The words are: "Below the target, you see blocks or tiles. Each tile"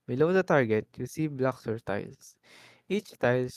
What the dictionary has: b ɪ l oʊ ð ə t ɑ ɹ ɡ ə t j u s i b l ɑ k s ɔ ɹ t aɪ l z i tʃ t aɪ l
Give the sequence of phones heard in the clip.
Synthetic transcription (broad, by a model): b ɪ l oʊ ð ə t ɑ ɹ ɡ ə t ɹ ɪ s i b l ɑ k s ɔ ɹ t aɪ l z i tʃ t aɪ l